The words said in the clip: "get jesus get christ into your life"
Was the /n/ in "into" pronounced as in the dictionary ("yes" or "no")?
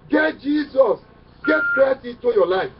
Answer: no